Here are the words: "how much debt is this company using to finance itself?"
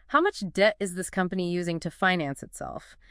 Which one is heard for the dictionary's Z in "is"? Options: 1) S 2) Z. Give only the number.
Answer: 2